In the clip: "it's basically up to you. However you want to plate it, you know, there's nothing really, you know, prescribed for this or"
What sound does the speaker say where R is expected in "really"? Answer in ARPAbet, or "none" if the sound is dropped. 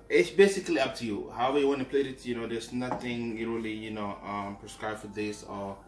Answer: L